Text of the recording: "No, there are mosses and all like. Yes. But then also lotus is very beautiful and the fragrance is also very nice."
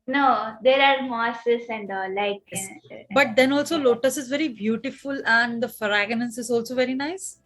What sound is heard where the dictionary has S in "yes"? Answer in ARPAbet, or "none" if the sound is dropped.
none